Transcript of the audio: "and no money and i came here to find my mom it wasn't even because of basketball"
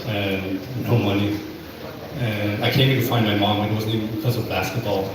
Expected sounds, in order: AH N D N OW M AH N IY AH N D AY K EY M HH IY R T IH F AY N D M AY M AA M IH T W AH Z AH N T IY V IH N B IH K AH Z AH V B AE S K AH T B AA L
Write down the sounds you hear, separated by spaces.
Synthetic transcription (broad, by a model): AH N N OW M AH N IY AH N AY K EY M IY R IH F AY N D M AY M AA M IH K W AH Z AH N IY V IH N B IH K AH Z AH V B AE S K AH T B AA L